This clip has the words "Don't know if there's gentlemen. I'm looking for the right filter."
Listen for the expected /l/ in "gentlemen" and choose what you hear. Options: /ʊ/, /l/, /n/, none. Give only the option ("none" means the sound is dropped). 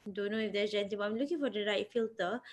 none